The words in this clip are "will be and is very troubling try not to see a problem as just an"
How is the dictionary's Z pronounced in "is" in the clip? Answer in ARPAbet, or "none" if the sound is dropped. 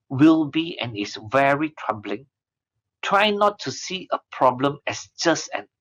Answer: S